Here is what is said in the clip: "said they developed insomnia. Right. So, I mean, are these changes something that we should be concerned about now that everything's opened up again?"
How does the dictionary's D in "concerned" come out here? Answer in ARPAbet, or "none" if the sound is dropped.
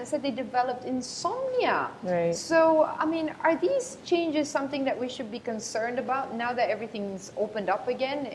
D